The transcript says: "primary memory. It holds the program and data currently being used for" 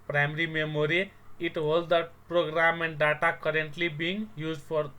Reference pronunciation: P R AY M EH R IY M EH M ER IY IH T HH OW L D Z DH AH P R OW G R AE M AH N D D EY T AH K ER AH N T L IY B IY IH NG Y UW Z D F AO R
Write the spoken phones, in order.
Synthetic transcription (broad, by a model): P R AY M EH R IY M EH M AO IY IH T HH OW L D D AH P R OW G R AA M AH N D D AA T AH K ER AH N T L IY B IY NG Y UW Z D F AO R